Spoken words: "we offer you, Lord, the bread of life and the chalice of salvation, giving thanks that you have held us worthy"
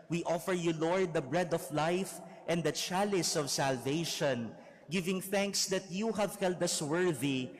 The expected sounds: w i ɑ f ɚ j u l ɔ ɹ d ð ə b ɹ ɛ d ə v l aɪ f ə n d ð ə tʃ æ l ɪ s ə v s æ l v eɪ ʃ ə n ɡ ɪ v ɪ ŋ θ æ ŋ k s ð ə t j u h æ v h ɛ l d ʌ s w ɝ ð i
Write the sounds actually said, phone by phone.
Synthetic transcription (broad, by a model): w i ɑ f ɚ j u l ɔ ɹ d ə b ɹ ɛ d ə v l aɪ f ə n d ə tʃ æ l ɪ s ə v s æ l v eɪ ʃ ə n ɡ ɪ v ɪ ŋ θ æ ŋ k s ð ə t j u h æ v h ɛ l d ʌ s w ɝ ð i